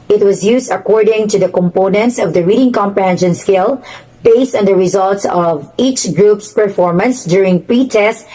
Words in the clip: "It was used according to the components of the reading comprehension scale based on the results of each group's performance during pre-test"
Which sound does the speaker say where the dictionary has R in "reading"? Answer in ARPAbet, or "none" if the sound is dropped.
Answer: R